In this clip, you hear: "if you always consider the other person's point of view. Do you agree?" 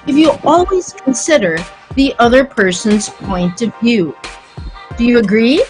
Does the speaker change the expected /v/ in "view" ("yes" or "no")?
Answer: no